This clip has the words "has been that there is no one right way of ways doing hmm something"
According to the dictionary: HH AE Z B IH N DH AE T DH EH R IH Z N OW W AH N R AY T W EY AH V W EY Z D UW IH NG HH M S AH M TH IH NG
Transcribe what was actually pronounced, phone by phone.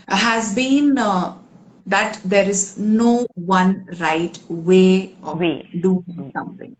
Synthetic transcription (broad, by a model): HH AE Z B IH N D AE T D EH R IH Z N OW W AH N R AY T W EY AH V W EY D UW IH NG S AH M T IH NG